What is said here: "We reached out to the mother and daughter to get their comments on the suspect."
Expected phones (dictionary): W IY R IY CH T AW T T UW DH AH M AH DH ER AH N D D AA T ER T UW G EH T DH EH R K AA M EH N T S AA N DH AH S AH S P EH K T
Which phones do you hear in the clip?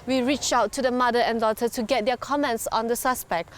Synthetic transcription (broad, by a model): W IY R IY CH AW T T UW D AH M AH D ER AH N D D AA T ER T UW G EH T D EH K AA M EH N T S AA N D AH S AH S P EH K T